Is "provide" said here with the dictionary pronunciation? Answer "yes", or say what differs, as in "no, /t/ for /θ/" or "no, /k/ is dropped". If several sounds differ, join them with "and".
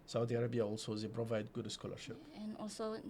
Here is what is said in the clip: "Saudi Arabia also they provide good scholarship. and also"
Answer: yes